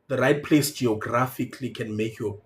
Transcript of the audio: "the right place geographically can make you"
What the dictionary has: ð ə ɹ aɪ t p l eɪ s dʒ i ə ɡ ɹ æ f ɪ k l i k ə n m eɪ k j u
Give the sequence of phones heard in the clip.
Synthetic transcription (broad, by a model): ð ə ɹ aɪ t p l eɪ s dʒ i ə ɡ ɹ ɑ f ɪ k l i k ə n m eɪ k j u